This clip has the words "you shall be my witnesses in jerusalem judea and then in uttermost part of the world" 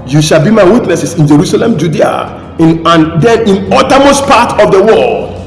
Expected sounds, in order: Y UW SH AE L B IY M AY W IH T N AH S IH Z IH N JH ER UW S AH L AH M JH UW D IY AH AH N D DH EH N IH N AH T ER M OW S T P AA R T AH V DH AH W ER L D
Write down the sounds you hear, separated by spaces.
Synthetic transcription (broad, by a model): Y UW SH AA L B IY M AY W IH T N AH S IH S IH N JH ER UW S AH L AH M JH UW D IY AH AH N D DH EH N IH N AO T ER M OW S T P AA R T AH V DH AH W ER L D